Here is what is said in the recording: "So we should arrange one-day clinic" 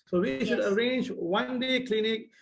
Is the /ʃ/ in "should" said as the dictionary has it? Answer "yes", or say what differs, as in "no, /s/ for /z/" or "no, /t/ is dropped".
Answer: yes